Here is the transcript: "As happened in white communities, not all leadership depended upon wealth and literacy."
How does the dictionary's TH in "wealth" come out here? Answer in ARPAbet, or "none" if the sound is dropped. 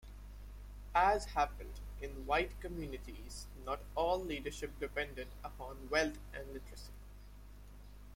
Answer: T